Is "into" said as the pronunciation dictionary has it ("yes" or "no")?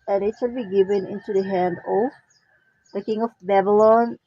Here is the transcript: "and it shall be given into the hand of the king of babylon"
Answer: yes